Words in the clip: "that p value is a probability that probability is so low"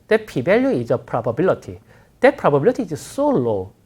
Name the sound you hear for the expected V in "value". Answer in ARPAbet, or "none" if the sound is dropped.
B